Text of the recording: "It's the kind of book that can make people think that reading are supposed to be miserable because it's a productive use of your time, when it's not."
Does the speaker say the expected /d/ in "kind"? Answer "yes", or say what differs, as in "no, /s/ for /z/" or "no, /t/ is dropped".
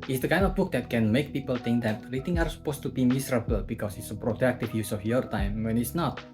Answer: yes